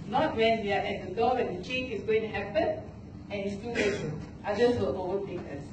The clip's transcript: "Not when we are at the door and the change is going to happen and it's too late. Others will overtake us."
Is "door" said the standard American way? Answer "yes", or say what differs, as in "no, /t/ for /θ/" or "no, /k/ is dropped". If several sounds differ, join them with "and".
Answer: no, /w/ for /ɹ/